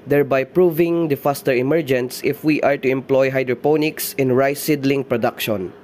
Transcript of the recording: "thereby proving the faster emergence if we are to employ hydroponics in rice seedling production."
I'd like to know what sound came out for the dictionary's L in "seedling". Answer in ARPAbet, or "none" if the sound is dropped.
L